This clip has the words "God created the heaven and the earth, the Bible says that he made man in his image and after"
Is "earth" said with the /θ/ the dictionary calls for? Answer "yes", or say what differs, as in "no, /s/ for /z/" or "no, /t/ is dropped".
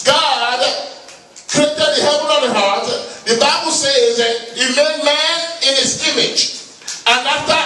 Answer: no, /t/ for /θ/